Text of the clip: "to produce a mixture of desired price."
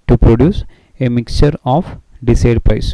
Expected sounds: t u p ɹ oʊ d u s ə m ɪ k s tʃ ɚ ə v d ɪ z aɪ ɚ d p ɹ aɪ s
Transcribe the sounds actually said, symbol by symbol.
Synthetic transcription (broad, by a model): t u p ɹ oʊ d u s ə m ɪ k s tʃ ɚ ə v d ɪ s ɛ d p ɹ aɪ s